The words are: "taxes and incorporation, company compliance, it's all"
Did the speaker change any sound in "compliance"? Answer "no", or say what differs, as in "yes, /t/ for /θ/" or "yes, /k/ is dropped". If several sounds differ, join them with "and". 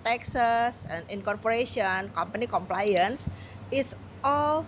no